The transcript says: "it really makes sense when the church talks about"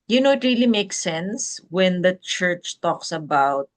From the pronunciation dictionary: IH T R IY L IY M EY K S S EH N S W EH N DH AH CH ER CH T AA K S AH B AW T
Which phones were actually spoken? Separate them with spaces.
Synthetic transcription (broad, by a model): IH T R IY L IY M EY K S S EH N S W EH N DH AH CH ER CH T AA K S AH B AW T